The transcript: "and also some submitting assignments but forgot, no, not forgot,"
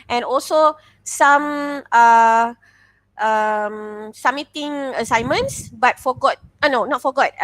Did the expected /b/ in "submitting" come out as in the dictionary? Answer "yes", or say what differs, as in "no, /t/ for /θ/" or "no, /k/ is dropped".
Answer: no, /b/ is dropped